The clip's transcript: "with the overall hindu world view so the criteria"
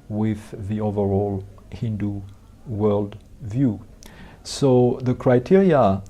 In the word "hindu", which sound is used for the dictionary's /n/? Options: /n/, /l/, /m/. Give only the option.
/n/